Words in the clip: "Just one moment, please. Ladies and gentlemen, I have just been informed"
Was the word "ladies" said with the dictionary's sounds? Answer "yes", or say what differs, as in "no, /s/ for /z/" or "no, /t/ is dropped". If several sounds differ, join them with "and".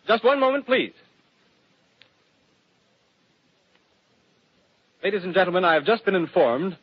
yes